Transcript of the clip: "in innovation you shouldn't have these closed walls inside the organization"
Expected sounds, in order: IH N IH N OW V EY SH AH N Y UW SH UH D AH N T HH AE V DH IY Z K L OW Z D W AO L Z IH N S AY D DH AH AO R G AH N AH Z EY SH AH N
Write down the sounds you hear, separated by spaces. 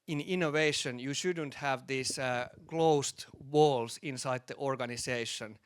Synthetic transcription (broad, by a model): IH N IH N OW V EY SH AH N Y UW SH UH D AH N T HH AE V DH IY S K L OW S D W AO L S IH N S AY D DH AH AO R G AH N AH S EY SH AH N